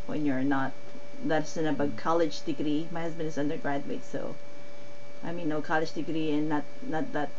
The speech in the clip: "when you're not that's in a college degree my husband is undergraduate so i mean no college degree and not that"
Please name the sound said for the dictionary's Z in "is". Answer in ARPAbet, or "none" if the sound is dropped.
Z